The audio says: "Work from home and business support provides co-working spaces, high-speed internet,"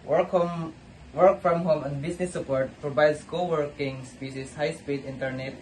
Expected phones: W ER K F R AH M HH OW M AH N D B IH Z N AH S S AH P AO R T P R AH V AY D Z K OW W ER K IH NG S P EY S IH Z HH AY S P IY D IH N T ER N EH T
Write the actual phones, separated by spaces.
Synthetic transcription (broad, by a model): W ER K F R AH M HH OW M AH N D B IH S N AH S S AH P AO R T P R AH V AY D S K OW W ER K IH NG S P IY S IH S HH AY S P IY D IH N T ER N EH T